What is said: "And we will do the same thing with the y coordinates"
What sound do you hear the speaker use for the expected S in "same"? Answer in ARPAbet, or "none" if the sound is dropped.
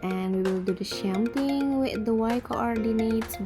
SH